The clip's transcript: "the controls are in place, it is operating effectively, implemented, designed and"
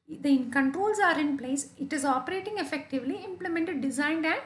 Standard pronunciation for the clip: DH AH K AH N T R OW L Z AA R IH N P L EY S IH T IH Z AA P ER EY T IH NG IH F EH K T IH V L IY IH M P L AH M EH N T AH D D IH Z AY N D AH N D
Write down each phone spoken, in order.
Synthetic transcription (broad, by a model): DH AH K AH N T R OW L S AA R IH N P L EY S IH T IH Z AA P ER EY T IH NG IH F EH K T IH V L IY IH M P L AH M EH N T AH D D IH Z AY N D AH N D